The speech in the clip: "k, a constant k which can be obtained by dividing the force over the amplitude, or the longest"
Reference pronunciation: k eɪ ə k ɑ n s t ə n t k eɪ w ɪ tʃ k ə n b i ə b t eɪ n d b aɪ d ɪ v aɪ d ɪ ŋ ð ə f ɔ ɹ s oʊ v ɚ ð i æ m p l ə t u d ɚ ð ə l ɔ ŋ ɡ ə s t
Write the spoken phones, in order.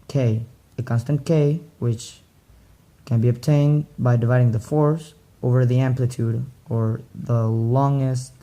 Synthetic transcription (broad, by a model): k eɪ ə k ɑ n s t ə n k eɪ w ɪ tʃ k ə n b i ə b t eɪ n b aɪ d ɪ v aɪ d ɪ ŋ ð ə f ɔ ɹ s oʊ v ɚ ð i æ m p l ə t u d ɚ ð ə l ɔ ŋ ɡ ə s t